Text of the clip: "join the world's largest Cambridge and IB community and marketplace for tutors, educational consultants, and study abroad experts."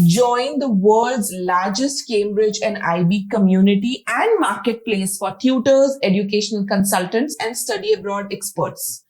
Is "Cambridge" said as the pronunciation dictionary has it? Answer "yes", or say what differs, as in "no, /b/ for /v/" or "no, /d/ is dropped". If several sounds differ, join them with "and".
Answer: yes